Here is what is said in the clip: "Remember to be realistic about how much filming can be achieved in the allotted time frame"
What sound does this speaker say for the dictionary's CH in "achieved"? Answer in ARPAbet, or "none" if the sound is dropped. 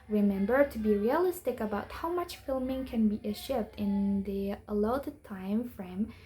SH